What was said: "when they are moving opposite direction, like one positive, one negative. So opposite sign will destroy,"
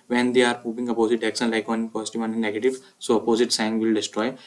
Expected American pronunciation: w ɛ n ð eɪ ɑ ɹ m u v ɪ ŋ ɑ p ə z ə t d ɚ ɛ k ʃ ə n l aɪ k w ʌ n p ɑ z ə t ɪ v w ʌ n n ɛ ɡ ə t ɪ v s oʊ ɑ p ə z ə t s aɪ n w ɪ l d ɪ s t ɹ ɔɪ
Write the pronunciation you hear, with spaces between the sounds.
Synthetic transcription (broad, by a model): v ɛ n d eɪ ɑ ɹ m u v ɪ ŋ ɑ p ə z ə t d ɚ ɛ k s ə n l aɪ k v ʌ n p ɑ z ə t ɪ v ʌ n n ɛ ɡ ə t ɪ v s oʊ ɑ p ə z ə t s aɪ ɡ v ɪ l d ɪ s t ɹ ɔɪ